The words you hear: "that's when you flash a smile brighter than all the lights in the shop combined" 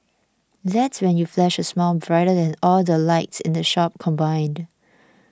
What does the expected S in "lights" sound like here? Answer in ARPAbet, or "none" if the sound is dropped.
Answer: S